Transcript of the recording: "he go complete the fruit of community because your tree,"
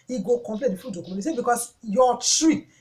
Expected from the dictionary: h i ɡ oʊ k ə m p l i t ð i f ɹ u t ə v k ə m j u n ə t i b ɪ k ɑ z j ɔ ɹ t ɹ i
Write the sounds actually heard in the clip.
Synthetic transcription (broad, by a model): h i ɡ oʊ k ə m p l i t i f u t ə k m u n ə s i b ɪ k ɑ s j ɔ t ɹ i